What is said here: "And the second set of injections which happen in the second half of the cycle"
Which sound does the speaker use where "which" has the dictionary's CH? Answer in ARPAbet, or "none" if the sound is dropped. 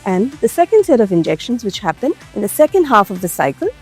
CH